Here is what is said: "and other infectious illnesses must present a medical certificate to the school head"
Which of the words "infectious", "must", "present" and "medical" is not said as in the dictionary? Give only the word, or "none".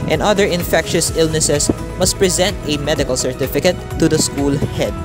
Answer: none